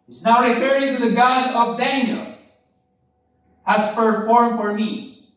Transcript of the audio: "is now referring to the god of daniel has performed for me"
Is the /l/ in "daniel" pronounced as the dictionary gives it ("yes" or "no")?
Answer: yes